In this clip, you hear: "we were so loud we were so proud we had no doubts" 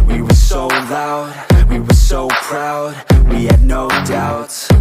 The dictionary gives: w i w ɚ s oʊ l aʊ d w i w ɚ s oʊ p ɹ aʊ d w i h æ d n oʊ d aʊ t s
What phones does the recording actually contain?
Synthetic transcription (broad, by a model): w i w ɚ s oʊ l aʊ d w i w ɚ s oʊ p ɹ aʊ d w i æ d n oʊ d aʊ t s